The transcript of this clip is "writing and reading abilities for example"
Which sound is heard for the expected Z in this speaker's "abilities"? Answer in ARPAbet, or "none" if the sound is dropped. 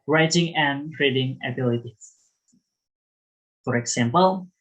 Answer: none